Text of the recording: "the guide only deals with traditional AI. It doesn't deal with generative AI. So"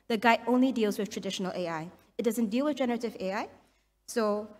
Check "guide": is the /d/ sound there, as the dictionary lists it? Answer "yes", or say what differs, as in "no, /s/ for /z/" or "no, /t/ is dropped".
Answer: no, /d/ is dropped